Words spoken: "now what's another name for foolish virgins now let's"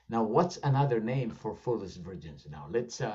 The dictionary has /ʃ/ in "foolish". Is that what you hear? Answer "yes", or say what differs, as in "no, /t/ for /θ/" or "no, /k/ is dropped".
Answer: no, /s/ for /ʃ/